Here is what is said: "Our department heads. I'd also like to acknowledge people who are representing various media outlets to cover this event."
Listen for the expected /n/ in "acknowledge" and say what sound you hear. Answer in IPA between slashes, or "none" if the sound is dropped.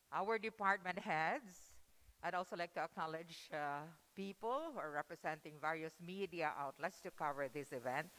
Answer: /n/